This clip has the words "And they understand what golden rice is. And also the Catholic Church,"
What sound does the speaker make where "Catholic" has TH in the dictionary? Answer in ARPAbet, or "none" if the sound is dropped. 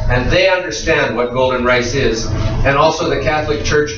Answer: TH